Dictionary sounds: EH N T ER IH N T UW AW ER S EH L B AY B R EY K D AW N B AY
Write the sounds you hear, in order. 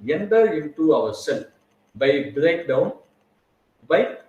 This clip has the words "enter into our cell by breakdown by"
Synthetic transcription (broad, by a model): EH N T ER IH N T UW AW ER S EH N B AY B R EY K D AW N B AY